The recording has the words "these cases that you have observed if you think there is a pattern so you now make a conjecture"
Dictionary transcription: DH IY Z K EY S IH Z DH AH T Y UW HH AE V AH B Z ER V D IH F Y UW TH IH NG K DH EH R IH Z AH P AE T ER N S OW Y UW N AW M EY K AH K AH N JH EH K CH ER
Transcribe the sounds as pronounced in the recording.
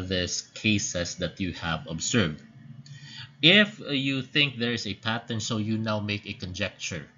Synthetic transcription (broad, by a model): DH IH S K EY S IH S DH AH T Y UW HH AE V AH B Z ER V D IH F Y UW TH IH NG K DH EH R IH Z AH P AE T ER N S OW Y UW N AW M EY K AH K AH N JH EH K CH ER